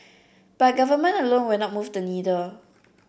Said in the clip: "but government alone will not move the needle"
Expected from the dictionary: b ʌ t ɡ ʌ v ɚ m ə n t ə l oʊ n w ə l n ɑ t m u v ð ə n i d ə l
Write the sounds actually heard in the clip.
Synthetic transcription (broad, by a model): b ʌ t ɡ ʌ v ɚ m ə n ə l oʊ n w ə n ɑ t m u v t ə n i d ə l